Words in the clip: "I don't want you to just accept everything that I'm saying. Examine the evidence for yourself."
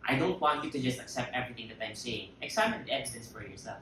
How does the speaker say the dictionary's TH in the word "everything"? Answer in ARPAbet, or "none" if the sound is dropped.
TH